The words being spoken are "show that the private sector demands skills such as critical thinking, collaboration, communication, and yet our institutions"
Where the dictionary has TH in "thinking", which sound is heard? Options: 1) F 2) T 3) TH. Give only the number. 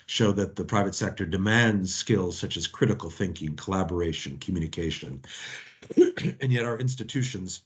3